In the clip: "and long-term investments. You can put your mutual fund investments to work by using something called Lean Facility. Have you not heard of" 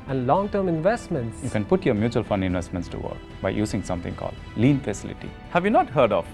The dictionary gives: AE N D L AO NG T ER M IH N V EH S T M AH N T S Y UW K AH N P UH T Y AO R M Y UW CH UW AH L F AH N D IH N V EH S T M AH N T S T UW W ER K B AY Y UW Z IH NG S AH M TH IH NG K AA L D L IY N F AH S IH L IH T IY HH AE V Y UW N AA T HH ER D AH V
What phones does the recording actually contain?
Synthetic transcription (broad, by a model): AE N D L AO NG T ER M IH N V EH S T M AH N T S Y UW K AH N P UH T Y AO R M Y UW CH UW AH L F AH N D IH N V EH S T M AH N T S T UW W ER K B AY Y UW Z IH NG S AH M T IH NG K AA L D L IY N F AH S IH L IH T IY HH AE V Y UW N AA T HH ER D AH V